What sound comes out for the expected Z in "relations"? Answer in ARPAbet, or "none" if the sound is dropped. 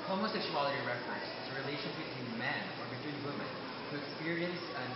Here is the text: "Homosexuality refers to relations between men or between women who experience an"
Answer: none